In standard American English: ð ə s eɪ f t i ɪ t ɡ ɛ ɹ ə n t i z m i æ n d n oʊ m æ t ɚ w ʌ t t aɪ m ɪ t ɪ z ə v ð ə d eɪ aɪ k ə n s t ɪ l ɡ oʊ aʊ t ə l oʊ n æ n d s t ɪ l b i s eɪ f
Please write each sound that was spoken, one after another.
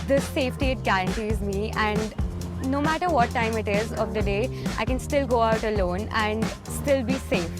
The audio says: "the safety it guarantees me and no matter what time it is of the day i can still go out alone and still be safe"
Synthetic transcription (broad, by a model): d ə s eɪ f t i ɪ t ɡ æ ɹ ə n t i z m i æ n d n oʊ m æ t ɚ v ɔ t t aɪ m ɪ t ɪ z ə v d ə d eɪ aɪ k ə n s t ɪ l ɡ oʊ aʊ t ə l oʊ n æ n d s t ɪ l b i s eɪ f